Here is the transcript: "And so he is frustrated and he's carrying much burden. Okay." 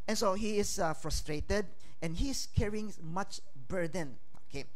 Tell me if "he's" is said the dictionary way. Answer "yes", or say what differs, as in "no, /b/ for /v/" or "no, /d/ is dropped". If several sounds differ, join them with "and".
no, /s/ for /z/